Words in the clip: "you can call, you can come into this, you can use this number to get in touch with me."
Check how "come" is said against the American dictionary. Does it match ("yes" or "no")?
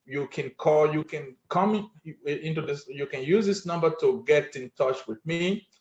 yes